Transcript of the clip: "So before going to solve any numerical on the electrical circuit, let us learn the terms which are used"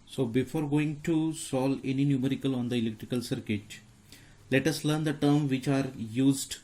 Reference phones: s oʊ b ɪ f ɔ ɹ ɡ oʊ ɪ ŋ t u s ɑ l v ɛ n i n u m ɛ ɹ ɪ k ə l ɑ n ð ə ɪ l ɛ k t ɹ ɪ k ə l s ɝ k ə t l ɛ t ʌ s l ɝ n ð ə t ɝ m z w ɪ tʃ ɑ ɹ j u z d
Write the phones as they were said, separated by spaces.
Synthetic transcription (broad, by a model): s oʊ b ɪ f ɔ ɹ ɡ oʊ ɪ ŋ t u s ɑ l ɛ n i n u m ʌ ɹ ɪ k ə l ɑ n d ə ɪ l ɛ k t ɹ ɪ k ə l s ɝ k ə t l ɛ t ʌ s l ɝ n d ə t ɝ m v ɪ tʃ ɑ ɹ j u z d